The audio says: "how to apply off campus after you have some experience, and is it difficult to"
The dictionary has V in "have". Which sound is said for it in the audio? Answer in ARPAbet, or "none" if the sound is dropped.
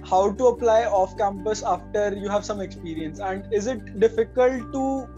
V